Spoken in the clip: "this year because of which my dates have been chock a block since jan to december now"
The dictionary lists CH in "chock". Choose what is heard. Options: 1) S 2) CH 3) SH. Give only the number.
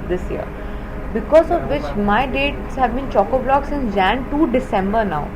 2